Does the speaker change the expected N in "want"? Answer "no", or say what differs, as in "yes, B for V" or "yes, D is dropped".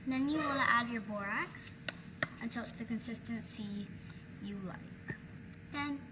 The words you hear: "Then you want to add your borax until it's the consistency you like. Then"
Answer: yes, L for N